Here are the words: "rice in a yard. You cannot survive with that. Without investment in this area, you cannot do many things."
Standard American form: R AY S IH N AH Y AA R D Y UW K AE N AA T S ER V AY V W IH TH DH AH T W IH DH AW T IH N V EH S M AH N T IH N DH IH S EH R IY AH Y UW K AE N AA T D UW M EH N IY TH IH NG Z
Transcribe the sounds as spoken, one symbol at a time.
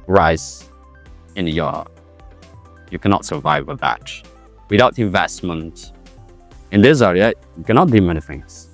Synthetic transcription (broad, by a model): R AY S IH N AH Y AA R Y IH K AE N AA T S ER V AY V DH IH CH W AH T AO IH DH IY IH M V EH S M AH N T IH N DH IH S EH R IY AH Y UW K AE N AA T D UW M EH N IY TH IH NG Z